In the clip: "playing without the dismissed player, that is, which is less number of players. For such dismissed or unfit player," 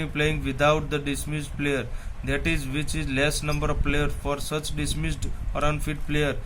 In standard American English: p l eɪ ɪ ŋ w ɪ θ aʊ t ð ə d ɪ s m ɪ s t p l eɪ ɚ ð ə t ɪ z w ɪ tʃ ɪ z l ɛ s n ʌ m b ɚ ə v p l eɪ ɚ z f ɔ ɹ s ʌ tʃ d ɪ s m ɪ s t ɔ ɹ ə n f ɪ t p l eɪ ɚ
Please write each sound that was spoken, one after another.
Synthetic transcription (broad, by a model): p l eɪ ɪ ŋ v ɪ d aʊ t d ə d ɪ s m ɪ s t p l eɪ ɚ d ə t ɪ z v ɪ tʃ ɪ z l ɛ s n ʌ m b ɚ ə v p l eɪ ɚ f ɔ ɹ s ʌ tʃ d ɪ s m ɪ s t ɔ ɹ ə n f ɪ t p l eɪ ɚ